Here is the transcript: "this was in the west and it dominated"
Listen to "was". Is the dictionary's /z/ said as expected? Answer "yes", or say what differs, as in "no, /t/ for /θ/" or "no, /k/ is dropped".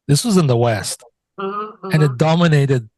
yes